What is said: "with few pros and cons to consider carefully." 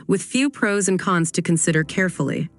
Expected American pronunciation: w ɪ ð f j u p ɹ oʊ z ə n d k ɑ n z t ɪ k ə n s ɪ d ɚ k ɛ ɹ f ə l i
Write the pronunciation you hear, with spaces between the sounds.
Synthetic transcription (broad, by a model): w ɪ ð f j u p ɹ oʊ z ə n k ɑ n z t ɪ k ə n s ɪ d ɚ k ɛ ɹ f l i